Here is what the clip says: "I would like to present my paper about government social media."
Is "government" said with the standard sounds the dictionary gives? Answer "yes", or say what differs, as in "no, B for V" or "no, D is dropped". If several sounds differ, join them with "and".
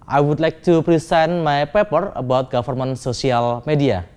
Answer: no, F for V